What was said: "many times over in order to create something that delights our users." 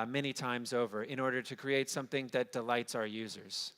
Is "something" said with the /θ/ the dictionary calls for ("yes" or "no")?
yes